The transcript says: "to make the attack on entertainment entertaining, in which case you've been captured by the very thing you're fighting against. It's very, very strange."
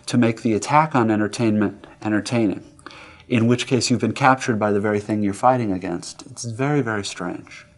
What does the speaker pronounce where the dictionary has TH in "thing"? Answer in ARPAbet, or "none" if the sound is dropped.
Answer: TH